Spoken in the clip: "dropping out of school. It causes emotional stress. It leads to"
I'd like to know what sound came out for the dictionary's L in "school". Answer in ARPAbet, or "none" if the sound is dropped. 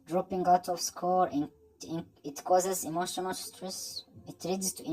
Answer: N